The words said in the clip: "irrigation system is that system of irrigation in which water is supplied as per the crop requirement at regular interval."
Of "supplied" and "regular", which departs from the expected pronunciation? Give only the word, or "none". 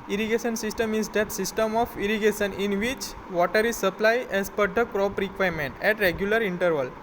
supplied